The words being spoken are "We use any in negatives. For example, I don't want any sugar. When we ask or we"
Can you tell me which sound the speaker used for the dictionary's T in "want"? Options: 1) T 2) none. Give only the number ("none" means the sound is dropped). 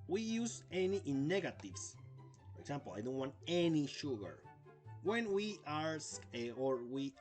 1